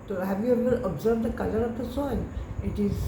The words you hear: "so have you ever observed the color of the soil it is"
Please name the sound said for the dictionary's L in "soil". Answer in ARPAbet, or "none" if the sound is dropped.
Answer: N